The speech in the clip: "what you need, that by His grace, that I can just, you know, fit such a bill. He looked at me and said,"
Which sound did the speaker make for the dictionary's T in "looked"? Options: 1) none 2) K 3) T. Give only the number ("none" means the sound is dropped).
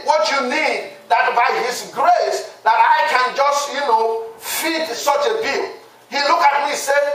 1